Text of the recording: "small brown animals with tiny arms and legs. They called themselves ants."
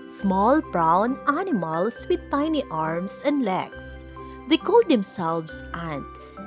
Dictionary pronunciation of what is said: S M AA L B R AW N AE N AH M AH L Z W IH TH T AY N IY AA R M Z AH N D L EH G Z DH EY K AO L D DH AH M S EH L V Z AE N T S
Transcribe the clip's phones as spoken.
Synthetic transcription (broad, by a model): S M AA L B R AW N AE N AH M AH L S W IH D T AY N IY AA R M S AH N D L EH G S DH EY K AO L D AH M S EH L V S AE N S